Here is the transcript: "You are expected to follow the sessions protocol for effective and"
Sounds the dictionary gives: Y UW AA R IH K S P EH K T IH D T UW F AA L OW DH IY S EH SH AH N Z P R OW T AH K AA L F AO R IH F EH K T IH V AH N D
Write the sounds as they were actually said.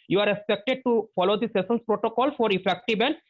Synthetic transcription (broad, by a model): Y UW AA R IH K S P EH K T IH D T UW F AA L OW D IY S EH S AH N S P R OW T AH K AA L F AO R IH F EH K T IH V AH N